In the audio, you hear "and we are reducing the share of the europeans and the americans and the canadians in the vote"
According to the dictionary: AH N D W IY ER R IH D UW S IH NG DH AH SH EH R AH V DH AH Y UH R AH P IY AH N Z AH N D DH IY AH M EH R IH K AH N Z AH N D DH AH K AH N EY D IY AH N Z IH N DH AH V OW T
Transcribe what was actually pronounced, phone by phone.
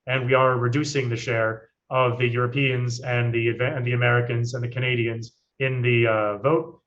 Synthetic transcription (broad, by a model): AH N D W IY ER R IH D UW S IH NG DH AH SH EH R AH V DH AH Y UH R AH P IY AH N Z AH N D DH IY AH M EH R IH K AH N Z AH N DH AH K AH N EY D IY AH N Z IH N DH AH V OW T